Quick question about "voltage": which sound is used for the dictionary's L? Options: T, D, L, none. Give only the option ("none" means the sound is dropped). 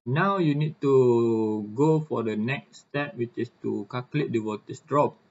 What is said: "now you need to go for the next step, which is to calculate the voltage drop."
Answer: none